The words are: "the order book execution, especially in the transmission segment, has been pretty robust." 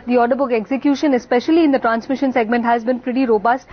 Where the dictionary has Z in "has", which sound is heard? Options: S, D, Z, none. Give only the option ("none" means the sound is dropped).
Z